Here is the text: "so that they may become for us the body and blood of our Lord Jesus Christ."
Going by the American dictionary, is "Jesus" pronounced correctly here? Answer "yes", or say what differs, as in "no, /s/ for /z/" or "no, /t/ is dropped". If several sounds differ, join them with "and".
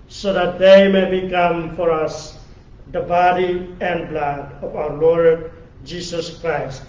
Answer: no, /s/ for /z/